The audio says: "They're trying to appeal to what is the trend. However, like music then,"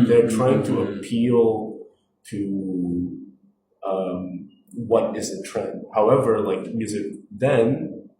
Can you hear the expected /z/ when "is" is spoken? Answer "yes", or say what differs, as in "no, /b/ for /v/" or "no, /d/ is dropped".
yes